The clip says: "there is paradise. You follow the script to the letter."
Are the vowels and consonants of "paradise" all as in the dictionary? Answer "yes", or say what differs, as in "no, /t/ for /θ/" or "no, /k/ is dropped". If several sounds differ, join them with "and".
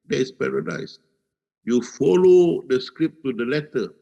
yes